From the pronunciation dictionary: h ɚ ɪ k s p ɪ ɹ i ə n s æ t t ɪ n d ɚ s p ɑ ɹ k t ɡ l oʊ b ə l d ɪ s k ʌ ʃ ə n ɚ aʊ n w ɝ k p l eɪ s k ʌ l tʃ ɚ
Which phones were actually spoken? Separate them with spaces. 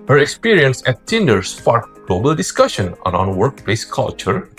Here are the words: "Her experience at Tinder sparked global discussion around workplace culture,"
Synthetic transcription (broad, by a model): h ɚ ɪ k s p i ɹ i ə n s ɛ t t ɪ n d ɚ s f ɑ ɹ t ɡ l oʊ b ə l d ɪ s k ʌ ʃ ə n ɚ aʊ n w ɝ k p l eɪ s k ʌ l tʃ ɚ